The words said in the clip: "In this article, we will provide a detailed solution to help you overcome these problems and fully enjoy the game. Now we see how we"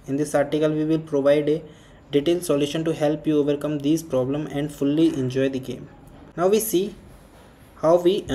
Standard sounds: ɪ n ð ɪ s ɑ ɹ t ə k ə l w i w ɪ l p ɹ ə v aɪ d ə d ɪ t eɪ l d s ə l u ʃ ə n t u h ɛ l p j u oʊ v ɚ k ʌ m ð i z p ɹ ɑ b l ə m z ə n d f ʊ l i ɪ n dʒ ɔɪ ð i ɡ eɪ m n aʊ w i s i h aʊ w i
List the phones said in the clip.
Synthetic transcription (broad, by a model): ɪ n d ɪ s ɑ ɹ t ə k ə l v i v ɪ l p ɹ ə v aɪ d ə d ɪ t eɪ l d s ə l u ʃ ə n t u h ɛ l p j u oʊ v ɚ k ʌ m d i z p ɹ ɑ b l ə m ə n d f ʊ l i ɪ n dʒ ɔɪ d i ɡ eɪ m n aʊ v i s i h aʊ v i